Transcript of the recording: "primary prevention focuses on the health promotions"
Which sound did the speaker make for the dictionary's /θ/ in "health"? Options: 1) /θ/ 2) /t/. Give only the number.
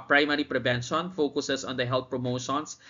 2